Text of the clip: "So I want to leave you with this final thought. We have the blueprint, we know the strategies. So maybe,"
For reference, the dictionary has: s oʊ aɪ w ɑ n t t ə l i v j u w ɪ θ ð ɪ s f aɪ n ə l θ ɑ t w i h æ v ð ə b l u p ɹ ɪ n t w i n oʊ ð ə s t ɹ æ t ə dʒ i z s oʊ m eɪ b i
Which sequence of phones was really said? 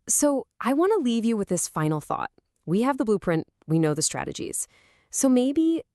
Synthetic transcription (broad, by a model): s oʊ aɪ w ɑ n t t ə l i v j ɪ w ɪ ð ɪ s f aɪ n l θ ɑ t w i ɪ v ð ə b l u p ɹ ɪ n t w i n oʊ ð ə s t ɹ æ t ə dʒ i z s oʊ m eɪ b i